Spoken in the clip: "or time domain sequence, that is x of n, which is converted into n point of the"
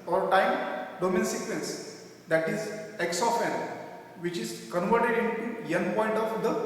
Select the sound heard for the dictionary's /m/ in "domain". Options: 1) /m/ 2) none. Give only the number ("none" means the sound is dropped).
1